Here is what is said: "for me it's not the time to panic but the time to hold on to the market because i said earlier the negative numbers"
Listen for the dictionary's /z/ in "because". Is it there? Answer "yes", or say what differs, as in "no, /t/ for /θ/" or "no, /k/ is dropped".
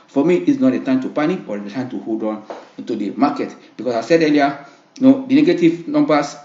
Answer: no, /s/ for /z/